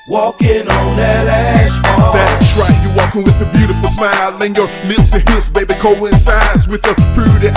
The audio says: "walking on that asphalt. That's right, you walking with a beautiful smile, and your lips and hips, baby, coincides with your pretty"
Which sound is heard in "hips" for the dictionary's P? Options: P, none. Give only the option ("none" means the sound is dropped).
none